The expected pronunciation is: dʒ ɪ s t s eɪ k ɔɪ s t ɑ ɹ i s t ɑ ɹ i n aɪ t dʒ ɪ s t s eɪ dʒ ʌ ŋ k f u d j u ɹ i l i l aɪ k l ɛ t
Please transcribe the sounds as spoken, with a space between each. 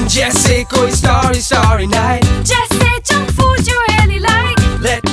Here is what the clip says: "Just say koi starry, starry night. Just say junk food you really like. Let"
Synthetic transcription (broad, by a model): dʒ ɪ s s eɪ k ɔɪ s t ɑ ɹ i s t ɑ ɹ i n aɪ t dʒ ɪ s s eɪ tʃ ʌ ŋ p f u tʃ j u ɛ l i l aɪ k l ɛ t